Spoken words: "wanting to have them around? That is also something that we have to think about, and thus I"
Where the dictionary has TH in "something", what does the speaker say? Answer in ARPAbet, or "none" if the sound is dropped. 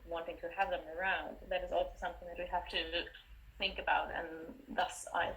TH